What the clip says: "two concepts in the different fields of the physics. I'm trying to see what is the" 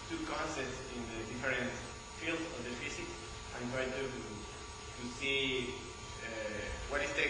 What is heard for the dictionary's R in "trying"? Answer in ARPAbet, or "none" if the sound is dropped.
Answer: none